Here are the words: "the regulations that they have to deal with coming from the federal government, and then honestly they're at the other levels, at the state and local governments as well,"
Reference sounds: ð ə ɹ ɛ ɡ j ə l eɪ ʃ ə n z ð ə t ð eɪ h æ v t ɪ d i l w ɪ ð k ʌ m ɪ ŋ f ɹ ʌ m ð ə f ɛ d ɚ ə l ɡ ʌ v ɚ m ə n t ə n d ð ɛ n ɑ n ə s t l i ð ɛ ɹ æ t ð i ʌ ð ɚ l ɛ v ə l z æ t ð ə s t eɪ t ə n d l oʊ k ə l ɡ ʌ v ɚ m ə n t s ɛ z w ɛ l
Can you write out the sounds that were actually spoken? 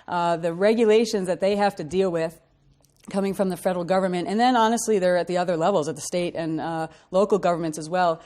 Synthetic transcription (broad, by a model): ð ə ɹ ɛ ɡ j ə l eɪ ʃ ə n z ð ə t ð eɪ h æ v t ɪ d i l w ɪ ð k ʌ m ɪ ŋ f ɹ ʌ m ð ə f ɛ d l ɡ ʌ v ɚ m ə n t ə n ð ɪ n ɑ n ə s t l i ð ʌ ɹ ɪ t ð i ʌ ð ɚ l ɛ v l z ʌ t ð ə s t eɪ t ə n l oʊ k l ɡ ʌ v ɚ m ə n t s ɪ z w ɛ l